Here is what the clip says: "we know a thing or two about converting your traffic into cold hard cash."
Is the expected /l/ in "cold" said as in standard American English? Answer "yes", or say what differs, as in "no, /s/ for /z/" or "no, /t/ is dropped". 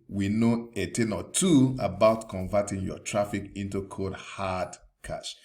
no, /l/ is dropped